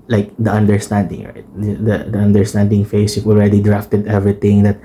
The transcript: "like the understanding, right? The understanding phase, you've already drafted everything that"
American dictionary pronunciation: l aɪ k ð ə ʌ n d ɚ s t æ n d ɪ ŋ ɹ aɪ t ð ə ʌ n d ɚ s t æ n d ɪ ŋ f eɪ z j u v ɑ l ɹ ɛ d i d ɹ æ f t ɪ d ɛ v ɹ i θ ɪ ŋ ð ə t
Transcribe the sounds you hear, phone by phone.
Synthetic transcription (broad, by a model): l aɪ k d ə ʌ n d ɚ s t æ n d ɪ ŋ ɹ aɪ t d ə ʌ n d ɚ s t æ n d ɪ ŋ f eɪ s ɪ f ɑ l ɹ ɛ d i d ɹ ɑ f t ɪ d ɛ v ɹ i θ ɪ ŋ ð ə t